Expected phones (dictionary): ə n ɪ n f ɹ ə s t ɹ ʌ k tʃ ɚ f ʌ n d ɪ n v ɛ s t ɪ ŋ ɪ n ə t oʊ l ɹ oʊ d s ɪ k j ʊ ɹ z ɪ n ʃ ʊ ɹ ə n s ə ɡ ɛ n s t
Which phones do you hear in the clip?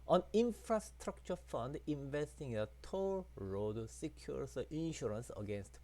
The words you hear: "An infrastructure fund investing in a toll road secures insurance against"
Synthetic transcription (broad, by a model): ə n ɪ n f ɹ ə s t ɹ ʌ k tʃ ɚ f ʌ n d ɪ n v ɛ s t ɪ ŋ ɪ n ə t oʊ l ɹ oʊ d s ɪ k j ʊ ɹ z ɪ n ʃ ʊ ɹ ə n s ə ɡ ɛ n s t